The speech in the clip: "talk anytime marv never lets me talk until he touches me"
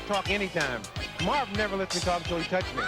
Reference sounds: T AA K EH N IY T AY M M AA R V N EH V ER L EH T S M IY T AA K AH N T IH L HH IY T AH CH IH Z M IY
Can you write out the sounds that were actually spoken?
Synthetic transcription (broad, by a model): T AA K EH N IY T AY M M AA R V N EH V ER L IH S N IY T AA AH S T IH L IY T AH CH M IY